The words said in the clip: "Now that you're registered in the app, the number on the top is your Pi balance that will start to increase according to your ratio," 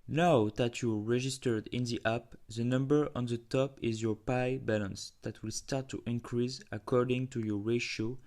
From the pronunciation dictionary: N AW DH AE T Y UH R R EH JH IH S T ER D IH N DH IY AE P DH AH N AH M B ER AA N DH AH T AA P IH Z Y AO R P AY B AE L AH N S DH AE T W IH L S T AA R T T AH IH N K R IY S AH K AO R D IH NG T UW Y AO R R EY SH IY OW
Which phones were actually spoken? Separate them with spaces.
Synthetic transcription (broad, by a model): N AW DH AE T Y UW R R EH JH IH S T ER D IH N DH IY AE P DH AH N AH M B ER AA N DH AH T AA P IH Z Y AO R P AY B AE L AH N S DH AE T W IH L S T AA R T T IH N K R IY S AH K AO R D IH NG T UW Y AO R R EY SH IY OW